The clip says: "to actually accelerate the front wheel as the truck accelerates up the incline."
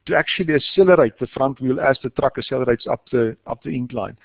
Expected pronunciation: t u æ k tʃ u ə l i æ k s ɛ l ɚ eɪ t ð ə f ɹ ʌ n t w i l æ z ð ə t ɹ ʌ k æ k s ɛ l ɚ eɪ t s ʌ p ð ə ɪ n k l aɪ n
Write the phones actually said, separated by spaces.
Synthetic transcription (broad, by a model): t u æ k tʃ u ə l i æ s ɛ l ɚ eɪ t ð ə f ɹ ʌ n t w i l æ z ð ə t ɹ ʌ k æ s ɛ l ɚ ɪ t s ʌ p ð ə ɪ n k l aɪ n